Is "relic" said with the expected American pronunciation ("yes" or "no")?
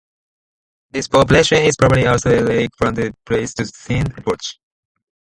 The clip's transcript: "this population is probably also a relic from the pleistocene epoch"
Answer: no